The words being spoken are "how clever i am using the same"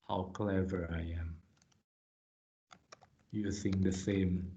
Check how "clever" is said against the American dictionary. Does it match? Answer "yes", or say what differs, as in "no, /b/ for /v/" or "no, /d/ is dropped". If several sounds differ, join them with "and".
yes